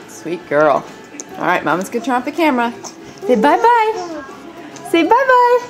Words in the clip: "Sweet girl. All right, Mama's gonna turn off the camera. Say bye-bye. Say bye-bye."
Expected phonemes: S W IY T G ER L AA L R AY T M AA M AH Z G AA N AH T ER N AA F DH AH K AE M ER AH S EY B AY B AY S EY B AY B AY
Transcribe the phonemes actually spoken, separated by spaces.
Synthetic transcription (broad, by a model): S W IY T G ER L AA L R AY T M AA M AH Z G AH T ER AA P DH AH K AE M ER AH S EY B AY B AY S EY B AY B AY